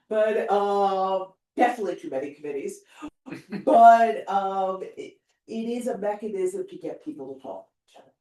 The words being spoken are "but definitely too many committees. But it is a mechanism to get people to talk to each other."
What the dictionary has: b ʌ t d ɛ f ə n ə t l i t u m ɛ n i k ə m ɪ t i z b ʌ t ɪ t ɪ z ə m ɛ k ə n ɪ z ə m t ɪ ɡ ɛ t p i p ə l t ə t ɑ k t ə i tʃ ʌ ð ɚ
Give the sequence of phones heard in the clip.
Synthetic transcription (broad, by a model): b ʌ t d ɛ f ə n ə t l i t u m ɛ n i k ə m ɪ t i z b ʌ t ɪ t ɪ z ə m ɛ k ə n ɪ z ə m t ɪ ɡ ɛ t p i p l t ə t ɑ k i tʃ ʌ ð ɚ